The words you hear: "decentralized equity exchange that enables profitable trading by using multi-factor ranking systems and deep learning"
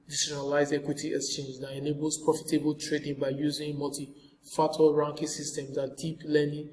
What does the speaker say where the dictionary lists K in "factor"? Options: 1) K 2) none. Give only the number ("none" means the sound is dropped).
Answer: 2